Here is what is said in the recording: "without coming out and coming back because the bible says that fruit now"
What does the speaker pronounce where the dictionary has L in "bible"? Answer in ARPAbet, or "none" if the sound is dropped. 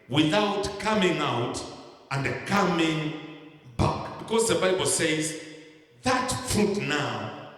L